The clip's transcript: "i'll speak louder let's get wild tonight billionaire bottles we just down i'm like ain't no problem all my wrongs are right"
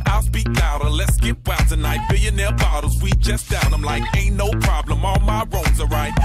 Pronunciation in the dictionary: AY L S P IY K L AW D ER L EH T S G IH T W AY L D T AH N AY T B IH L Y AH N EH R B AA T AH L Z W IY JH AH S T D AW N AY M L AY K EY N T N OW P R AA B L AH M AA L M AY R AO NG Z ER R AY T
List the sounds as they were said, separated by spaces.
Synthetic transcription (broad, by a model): AY L S P IY K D AW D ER L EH T S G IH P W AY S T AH N AY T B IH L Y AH N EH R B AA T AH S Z W IY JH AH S D AW N AY M L AY K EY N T N OW P R AA B L AH M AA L M AY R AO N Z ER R AY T